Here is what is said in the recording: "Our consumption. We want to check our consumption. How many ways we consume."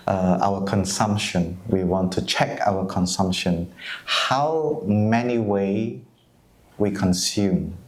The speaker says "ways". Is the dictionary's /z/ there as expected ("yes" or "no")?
no